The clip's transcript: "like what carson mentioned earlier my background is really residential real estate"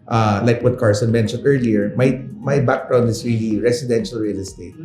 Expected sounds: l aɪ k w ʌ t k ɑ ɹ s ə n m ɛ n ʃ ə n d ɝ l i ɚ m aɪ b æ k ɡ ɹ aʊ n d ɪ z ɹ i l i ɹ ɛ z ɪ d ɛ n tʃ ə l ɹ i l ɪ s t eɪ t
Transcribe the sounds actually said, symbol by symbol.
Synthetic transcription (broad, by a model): l aɪ k w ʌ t k ɑ ɹ s ə n m ɛ n ʃ ə n d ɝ l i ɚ m aɪ b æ k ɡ ɹ aʊ n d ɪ s ɹ i l i ɹ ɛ s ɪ d ɛ n ʃ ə l ɹ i l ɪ s t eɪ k